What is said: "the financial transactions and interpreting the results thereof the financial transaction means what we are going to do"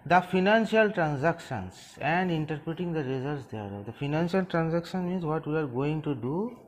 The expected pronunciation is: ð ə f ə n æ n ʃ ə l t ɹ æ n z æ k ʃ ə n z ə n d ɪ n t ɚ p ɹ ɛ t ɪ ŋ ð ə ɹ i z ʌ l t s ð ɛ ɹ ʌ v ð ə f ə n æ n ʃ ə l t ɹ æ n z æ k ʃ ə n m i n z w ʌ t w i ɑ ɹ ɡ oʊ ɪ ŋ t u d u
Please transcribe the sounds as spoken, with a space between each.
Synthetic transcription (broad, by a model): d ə f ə n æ n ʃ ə l t ɹ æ n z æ k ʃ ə n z ə n d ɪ n t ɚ p ɹ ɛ t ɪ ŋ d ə ɹ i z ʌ t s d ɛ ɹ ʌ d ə f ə n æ n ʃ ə l t ɹ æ n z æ k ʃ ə n m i n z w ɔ t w i ɑ ɹ ɡ oʊ ɪ ŋ t u d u